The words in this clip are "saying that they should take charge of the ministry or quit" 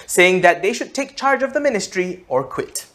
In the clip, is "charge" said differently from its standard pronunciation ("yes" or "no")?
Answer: no